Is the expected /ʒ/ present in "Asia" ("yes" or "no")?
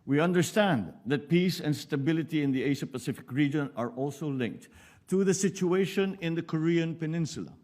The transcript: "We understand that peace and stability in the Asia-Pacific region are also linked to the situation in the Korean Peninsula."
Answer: no